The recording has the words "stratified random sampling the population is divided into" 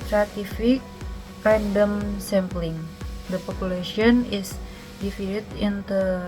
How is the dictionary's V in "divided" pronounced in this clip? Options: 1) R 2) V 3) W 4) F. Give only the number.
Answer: 4